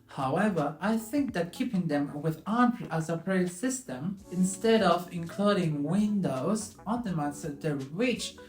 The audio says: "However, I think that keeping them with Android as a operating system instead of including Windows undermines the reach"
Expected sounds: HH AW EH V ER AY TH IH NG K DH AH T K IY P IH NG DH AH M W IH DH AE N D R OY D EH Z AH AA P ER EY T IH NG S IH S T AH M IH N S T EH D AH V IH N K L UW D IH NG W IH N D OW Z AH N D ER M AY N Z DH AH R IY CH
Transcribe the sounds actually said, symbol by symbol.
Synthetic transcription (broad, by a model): HH AW EH V ER AY TH IH NG K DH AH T K IY P IH NG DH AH M W IH DH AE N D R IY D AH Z AH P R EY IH S IH S T AH M IH N S T EH D AH V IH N K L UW D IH NG W IH N D OW Z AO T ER M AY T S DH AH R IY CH